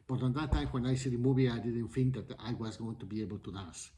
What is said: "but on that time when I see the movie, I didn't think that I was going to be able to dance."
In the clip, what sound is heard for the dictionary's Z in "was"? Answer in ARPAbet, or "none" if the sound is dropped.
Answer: Z